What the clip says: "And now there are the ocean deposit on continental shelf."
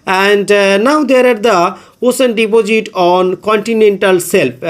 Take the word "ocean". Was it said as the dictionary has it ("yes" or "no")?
no